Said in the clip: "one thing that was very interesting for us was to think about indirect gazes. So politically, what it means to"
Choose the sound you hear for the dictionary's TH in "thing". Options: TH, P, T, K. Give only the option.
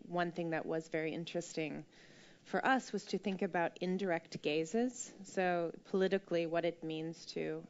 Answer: TH